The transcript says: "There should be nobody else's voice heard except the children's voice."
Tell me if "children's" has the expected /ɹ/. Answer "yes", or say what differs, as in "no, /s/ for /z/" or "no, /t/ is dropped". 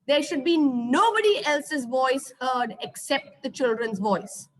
yes